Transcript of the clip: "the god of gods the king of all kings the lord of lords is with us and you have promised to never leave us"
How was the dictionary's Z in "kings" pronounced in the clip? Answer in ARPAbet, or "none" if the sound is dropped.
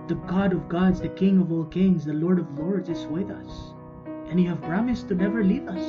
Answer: Z